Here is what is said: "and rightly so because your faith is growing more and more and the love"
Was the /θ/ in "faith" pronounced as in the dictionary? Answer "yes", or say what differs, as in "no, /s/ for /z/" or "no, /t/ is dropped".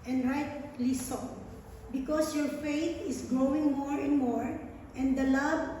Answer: no, /t/ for /θ/